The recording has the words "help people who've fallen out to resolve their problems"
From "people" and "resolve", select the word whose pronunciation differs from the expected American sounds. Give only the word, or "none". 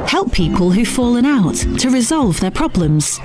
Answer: none